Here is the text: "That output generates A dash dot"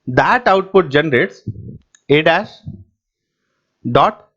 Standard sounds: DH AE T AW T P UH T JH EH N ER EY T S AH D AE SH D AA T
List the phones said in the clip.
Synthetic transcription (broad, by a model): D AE T AW T P UH T JH EH N ER EY T S AH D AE S D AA T